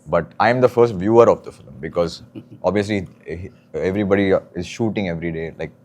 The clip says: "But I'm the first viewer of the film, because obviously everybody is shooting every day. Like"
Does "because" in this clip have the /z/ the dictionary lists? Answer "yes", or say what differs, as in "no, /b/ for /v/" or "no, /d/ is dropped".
yes